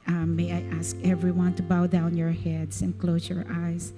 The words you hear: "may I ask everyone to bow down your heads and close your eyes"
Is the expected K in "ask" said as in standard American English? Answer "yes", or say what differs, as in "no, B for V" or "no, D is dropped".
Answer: yes